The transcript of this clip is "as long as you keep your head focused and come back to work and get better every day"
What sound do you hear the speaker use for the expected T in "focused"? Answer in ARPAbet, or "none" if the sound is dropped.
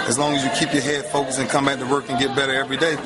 none